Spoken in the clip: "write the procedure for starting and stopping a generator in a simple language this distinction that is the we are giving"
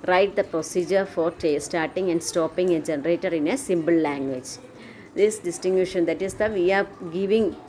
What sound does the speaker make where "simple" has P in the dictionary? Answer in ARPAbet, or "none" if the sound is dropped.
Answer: B